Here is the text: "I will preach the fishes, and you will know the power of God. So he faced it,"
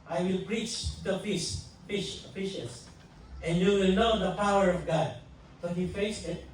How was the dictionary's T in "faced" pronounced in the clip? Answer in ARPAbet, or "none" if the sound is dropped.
none